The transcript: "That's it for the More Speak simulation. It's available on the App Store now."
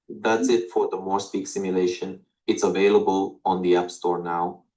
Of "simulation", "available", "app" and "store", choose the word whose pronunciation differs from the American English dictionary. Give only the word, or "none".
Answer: none